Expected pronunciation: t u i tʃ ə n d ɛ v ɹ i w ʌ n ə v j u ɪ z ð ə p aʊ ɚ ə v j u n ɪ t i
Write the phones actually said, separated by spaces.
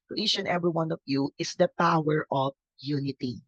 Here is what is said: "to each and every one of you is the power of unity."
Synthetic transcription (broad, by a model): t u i ʃ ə n ɛ v ɹ i w ʌ n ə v j u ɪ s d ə p aʊ ɚ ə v j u n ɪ t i